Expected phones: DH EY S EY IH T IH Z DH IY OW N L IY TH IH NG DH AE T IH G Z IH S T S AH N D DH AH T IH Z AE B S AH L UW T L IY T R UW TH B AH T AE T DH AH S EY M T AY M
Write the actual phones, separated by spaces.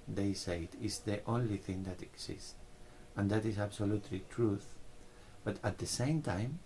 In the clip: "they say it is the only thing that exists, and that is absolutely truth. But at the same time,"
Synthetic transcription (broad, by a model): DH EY S EY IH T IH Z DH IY OW N L IY TH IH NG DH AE T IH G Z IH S S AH N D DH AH T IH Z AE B S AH L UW T L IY T R UW TH B AH T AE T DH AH S EY M T AY M